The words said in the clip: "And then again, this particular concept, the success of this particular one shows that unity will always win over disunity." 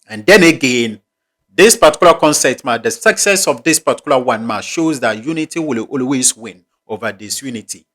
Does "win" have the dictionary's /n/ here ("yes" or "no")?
yes